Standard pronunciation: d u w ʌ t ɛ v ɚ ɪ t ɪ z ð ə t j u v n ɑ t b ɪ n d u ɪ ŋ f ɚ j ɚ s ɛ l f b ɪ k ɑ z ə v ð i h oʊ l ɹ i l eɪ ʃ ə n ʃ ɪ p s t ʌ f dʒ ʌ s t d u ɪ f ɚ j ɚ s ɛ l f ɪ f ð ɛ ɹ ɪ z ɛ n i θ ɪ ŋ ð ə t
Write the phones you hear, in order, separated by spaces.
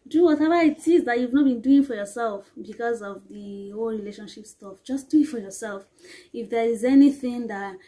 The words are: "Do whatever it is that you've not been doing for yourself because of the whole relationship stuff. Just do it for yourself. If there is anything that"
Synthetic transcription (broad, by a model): d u w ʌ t ɛ v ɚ ɪ t ɪ z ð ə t j u v n ɑ t b ɪ n d u ɪ ŋ f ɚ j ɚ s ɛ l f b ɪ k ɑ z ə v ð i h oʊ l ɹ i l eɪ ʃ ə n ʃ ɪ p s t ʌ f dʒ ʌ s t d u ɪ f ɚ j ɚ s ɛ l f ɪ f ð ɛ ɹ ɪ z ɛ n i θ ɪ ŋ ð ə t